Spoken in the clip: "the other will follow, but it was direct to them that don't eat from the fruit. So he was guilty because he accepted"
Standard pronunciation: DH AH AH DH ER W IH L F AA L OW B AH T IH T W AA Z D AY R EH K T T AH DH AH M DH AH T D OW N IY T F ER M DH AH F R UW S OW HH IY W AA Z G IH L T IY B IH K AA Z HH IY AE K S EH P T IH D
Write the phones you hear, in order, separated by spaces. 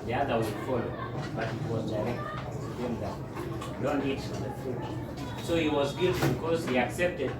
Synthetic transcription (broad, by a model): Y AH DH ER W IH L F AA L OW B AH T IH T W AA Z D AY R EH K T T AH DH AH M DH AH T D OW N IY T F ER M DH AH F UW S OW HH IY W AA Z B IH T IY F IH K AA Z HH IY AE K S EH P T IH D